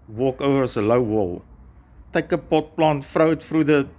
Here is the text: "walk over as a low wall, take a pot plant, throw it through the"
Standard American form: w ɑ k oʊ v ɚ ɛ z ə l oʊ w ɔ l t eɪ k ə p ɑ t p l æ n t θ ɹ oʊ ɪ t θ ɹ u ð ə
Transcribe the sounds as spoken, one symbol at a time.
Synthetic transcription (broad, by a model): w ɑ k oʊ v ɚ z ə l oʊ w ɔ l t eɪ k ə p ɑ t p l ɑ n t f ɹ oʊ ɪ t f ɹ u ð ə